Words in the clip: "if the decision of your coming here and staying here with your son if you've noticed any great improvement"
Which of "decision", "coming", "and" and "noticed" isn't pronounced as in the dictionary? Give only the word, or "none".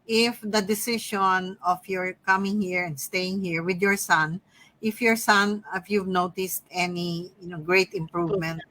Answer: decision